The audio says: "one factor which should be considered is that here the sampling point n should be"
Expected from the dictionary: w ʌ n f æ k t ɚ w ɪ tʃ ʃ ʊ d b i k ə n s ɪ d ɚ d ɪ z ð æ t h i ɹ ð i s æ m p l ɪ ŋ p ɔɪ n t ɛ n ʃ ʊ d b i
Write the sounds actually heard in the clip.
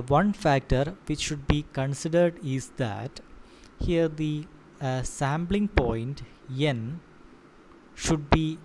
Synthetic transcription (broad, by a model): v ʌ n f æ k t ɚ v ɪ tʃ ʃ ʊ d b i k ə n s ɪ d ɚ d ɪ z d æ t h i ɹ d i s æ m b l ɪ ŋ p ɔɪ n t ɛ n ʃ ʊ d b i